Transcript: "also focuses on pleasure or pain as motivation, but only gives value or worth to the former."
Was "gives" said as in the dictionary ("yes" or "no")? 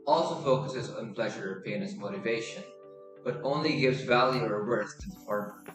yes